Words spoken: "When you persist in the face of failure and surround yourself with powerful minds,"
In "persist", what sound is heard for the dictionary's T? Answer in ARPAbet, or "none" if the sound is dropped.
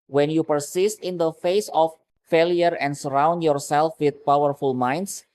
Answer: T